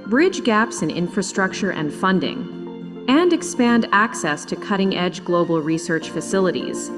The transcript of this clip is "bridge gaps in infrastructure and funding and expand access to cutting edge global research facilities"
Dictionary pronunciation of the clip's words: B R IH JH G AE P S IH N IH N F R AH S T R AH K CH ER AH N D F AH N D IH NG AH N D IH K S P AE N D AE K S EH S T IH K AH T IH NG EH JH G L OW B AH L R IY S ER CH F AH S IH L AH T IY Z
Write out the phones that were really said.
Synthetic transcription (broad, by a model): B R IH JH G AE P S IH N IH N F R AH S T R AH K CH ER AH N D F AH N D IH NG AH N IH K S P AE N D AE K S EH S T IH K AH T IH NG EH JH G L OW B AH L R IY S ER CH F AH S IH L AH T IY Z